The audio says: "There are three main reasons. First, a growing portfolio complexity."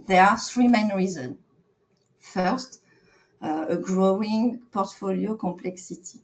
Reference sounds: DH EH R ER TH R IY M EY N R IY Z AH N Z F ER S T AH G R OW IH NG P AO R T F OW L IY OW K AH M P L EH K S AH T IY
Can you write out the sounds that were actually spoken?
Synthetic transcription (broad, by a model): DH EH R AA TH R IY M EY N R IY Z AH N F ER S T AH G R OW IH NG P AO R T F OW L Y OW K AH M P L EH K S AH T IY